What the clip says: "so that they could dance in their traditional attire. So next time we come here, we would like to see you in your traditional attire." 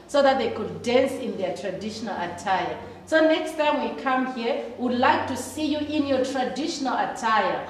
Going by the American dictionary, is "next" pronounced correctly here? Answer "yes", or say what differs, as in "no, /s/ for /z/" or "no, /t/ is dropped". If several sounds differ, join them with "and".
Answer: yes